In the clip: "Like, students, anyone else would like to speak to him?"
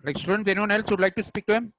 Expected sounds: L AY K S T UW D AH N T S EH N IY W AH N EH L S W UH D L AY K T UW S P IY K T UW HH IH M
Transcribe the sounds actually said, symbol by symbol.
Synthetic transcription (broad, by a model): L AY K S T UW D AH N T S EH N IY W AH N EH L S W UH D L AY K T UW S P IY K T UW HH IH M